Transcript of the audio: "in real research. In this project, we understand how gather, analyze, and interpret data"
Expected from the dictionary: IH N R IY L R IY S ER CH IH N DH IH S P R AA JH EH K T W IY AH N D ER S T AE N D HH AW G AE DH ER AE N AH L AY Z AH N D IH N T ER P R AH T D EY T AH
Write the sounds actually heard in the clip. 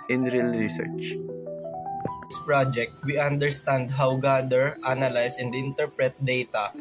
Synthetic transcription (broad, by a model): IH N R IY L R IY S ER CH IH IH S P R AA JH EH K T W IY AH N D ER S T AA N D HH AW G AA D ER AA N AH L AY S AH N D IH N T ER P R AH T D EY T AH